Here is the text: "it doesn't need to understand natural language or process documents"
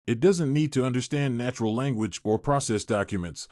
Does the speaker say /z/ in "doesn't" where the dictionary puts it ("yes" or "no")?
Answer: yes